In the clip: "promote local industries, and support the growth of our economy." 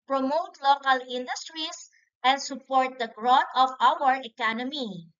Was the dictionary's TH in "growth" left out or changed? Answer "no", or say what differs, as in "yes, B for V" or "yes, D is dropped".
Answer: yes, T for TH